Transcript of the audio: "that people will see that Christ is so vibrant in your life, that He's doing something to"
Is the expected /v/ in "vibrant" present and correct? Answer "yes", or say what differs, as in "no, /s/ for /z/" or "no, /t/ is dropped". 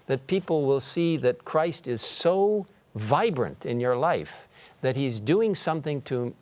yes